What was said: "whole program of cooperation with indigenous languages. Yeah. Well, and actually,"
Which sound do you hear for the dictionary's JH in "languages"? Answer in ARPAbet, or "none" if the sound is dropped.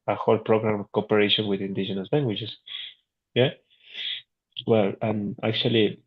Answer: CH